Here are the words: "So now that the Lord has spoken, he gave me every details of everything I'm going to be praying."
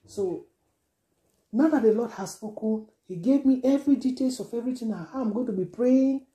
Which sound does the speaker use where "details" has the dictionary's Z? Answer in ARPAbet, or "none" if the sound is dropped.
S